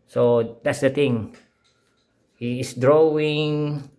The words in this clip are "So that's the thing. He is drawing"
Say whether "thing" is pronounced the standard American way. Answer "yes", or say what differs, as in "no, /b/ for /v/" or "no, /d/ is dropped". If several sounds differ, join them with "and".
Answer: no, /t/ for /θ/